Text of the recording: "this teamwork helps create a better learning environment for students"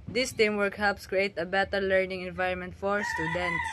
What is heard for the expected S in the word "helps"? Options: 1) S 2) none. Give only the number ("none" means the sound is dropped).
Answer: 1